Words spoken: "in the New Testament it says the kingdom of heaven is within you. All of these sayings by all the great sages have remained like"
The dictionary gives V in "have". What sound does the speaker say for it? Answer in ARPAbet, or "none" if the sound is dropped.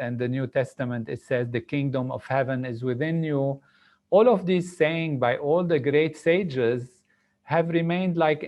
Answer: V